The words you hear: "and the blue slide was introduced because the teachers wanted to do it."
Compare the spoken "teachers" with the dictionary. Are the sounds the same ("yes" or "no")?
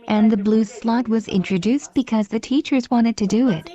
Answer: yes